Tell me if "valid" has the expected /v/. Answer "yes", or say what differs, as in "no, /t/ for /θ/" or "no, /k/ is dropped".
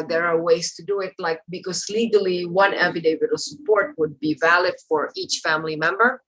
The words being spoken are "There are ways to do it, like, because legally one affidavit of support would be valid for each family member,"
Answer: yes